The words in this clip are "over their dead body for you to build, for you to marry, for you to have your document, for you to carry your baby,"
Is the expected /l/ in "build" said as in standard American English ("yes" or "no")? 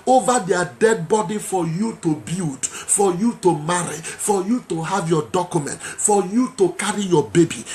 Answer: no